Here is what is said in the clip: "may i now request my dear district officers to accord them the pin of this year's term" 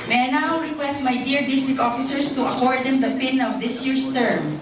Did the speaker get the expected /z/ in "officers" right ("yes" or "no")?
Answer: no